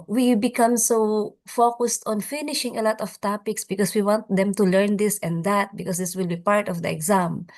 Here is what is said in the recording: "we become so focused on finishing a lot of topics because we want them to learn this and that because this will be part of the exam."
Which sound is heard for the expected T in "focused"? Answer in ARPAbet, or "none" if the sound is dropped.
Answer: T